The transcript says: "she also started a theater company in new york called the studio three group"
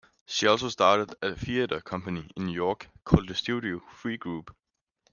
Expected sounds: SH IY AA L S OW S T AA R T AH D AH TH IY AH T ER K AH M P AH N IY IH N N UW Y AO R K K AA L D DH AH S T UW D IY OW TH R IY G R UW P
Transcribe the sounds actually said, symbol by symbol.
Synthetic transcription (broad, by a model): SH IY AA L S OW S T AA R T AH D AH F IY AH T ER K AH M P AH N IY IH N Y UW Y AO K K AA L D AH S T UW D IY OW F R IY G R UW B